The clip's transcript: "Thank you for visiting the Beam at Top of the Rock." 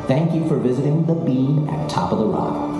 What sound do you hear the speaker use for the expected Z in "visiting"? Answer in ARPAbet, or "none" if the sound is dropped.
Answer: Z